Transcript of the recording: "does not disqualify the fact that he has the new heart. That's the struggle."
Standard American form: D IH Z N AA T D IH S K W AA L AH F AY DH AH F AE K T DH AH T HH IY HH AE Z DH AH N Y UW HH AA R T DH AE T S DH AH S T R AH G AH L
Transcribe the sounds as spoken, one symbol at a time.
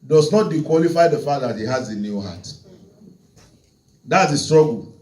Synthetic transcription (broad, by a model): D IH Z N AA T D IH K W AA L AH F AY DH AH F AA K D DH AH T HH IY HH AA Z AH N Y UW HH AA T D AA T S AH S T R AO G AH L